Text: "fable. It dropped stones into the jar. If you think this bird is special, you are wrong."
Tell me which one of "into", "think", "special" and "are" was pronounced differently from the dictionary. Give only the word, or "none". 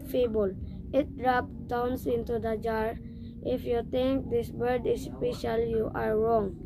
think